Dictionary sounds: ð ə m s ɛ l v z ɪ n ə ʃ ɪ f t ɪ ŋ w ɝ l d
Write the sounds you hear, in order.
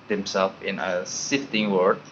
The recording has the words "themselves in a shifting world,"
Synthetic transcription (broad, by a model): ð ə m s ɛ l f ɪ n ə s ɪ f t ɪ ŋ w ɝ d